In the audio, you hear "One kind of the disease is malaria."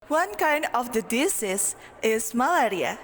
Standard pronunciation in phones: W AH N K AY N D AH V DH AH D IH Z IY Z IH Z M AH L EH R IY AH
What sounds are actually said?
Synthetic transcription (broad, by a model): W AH N K AY N D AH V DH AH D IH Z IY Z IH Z M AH L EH R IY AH